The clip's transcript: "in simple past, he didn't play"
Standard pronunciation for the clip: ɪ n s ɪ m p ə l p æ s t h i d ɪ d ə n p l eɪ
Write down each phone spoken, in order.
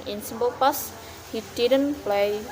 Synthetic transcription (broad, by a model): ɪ n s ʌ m b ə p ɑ s h i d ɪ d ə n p l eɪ